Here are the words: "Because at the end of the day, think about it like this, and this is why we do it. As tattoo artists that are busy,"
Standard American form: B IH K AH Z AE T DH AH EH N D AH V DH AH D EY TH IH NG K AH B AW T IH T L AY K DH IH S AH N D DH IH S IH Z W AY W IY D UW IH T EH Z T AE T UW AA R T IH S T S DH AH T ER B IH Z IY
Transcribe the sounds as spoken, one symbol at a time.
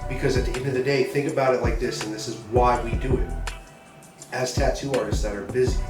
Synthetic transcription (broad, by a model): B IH K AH Z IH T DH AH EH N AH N DH AH D EY TH IH NG K AH B AW T IH T L AY K DH IH S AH N DH IH S IH Z W AY W IY D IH IH T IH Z T AE T UW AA R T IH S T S DH AH T ER B IH Z IY